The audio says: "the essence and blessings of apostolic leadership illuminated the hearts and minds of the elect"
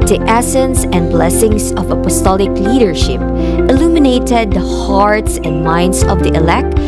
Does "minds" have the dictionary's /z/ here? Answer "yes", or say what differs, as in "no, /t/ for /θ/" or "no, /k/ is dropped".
no, /s/ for /z/